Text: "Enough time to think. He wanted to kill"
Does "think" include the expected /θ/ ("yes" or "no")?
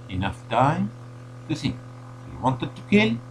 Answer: no